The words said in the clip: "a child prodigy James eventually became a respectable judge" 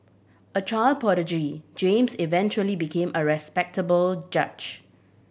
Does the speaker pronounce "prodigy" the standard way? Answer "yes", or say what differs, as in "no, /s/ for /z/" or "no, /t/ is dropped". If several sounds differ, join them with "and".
no, /ɹ/ is dropped